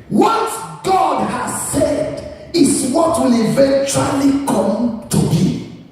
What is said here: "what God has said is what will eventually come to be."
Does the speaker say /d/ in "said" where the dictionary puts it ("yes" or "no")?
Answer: yes